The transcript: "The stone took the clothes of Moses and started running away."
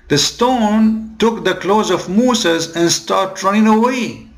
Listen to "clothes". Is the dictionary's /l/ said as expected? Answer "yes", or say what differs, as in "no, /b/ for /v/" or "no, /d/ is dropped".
yes